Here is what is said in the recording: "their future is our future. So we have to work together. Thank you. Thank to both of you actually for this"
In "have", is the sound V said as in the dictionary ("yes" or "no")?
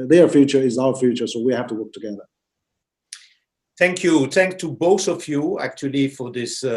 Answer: no